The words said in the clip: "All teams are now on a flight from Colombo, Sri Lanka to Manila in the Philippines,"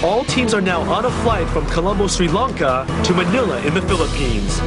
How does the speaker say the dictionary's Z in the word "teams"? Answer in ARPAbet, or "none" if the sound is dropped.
Z